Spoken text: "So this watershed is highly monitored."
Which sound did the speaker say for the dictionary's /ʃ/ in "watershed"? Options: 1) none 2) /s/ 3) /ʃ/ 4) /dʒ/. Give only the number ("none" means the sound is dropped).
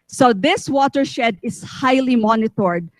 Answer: 3